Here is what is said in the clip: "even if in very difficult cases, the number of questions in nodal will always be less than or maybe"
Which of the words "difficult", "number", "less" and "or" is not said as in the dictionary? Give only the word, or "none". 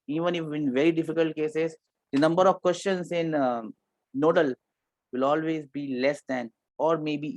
none